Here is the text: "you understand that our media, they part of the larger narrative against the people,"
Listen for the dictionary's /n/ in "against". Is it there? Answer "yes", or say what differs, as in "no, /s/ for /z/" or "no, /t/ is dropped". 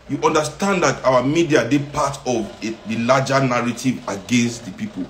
yes